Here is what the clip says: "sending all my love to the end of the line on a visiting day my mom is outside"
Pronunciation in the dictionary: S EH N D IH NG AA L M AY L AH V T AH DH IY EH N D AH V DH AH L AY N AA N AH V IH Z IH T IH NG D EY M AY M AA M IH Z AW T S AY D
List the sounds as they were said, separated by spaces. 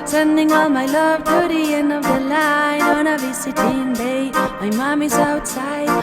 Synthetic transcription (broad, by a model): S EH N D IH NG AA L M AY L AH V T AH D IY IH N AH V DH AH L AY N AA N AH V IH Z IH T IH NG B EY M AY M AA M IH Z AW T S AY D